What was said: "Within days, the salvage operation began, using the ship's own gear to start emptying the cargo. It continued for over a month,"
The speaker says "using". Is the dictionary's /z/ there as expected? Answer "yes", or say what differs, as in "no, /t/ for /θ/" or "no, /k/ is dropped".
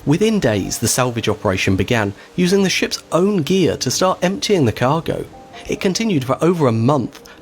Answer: yes